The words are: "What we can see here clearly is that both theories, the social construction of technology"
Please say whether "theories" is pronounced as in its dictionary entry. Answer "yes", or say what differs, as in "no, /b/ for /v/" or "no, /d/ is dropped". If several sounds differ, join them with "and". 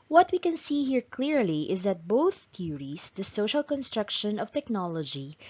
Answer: no, /t/ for /θ/